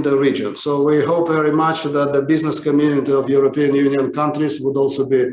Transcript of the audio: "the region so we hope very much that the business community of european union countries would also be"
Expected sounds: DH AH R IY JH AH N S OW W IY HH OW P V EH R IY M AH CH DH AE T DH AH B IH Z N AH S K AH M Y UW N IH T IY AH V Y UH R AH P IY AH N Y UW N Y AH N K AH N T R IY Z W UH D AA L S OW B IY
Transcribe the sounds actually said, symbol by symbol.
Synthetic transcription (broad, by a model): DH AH R IY JH AH N S OW W IY HH OW P V EH R IY M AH CH DH AE T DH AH B IH Z N AH S K AH M Y UW N IH T IY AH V Y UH R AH P IY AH N Y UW N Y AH N K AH N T R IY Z W UH D AA L S OW B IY